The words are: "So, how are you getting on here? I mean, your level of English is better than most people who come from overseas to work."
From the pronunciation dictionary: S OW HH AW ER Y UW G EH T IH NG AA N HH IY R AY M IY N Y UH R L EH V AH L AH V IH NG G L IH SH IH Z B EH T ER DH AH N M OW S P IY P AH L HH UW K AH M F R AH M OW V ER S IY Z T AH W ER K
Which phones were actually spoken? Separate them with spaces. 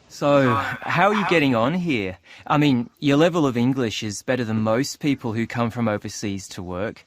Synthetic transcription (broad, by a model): S OW HH AW ER Y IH G EH T IH NG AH N HH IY R AY M IY N Y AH R L EH V AH L AH V IH NG G L IH SH IH Z B EH T ER DH AH N M OW S P IY P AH L HH UW K AH M F R AH M OW V ER S IY Z T AH W ER K